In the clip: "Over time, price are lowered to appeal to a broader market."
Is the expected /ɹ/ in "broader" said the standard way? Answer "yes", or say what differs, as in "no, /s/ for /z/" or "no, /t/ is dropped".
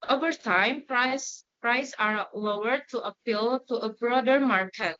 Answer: yes